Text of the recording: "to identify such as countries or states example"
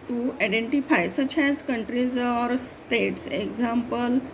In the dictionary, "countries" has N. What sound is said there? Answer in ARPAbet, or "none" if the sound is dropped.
N